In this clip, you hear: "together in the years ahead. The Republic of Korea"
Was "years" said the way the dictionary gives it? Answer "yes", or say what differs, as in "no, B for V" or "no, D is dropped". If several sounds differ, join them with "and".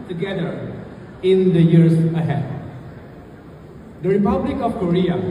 no, S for Z